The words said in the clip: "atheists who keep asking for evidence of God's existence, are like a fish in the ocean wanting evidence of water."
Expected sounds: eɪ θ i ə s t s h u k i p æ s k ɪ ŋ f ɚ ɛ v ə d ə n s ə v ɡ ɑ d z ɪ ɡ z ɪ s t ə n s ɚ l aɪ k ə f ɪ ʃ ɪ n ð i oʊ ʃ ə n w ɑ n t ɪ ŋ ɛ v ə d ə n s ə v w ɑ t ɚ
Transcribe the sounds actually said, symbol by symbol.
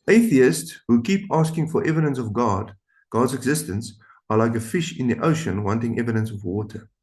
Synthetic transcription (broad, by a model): eɪ θ i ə s t s h u k i p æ s k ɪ ŋ f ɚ ɛ v ə d ə n s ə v ɡ ɑ d z ɪ ɡ z ɪ s t ə n s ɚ l aɪ k ə f ɪ ʃ ɪ n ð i oʊ ʃ ə n w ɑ n t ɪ ŋ ɛ v ə d ə n s ə v w ɑ t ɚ